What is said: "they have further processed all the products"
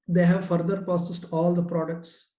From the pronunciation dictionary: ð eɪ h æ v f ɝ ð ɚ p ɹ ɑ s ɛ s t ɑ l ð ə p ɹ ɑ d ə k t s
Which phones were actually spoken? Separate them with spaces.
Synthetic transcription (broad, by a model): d eɪ h æ v f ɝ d ɚ p ɑ s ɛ s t ɑ l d ə p ɹ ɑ d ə k t s